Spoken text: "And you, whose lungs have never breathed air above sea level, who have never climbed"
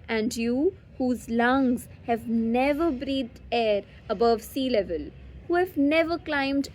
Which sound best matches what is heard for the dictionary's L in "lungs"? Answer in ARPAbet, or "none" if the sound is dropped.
L